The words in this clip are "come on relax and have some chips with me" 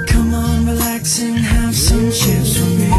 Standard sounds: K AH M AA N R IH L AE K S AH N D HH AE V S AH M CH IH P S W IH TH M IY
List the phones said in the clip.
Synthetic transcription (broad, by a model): K AH M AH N R IH L AE K S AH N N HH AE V S AH M SH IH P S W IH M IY